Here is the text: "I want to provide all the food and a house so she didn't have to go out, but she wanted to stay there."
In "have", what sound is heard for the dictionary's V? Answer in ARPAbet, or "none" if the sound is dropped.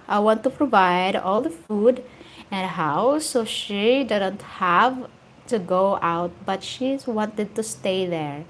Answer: V